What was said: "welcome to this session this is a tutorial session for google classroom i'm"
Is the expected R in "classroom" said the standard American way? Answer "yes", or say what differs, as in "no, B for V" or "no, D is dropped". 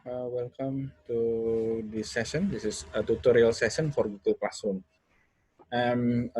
no, R is dropped